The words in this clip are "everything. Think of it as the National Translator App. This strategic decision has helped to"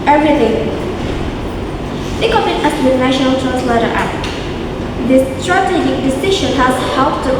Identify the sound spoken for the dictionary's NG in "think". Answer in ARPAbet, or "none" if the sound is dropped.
none